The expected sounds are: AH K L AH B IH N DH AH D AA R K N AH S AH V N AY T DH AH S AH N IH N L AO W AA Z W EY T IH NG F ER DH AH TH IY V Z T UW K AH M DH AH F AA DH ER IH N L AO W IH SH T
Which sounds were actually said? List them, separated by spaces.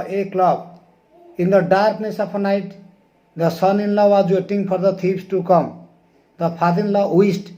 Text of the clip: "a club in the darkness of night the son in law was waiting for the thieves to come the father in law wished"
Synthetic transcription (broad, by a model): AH K L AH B IH N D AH D AA R K N AH S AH P N AY T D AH S AH N IH N L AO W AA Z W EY T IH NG P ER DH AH T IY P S T UW K AH M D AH P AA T IH N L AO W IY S T